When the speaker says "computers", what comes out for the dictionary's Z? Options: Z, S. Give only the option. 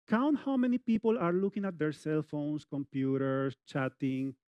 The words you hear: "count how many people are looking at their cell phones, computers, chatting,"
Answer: S